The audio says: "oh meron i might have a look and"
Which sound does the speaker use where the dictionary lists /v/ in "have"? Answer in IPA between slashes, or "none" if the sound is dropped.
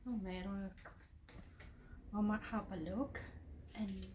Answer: /p/